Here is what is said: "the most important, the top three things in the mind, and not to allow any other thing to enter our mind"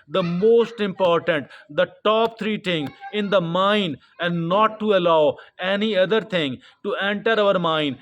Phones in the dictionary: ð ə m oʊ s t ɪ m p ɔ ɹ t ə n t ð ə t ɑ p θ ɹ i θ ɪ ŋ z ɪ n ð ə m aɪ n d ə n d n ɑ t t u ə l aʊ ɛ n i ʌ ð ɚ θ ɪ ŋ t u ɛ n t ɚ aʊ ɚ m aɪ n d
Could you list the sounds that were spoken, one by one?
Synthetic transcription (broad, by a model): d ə m oʊ s t ɪ m p ɔ ɹ t ə n t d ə t ɑ p t ɹ i t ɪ ŋ ɪ n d ə m aɪ n d ə n d n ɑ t t u ə l aʊ ɛ n i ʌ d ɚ t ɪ ŋ t u ɛ n t ɚ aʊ ɚ m aɪ n d